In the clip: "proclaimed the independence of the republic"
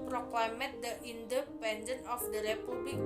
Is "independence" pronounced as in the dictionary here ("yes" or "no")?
no